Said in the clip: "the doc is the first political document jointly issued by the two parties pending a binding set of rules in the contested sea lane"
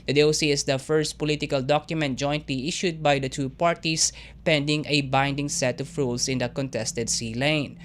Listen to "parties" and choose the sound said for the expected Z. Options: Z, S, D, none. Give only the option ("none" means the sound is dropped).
S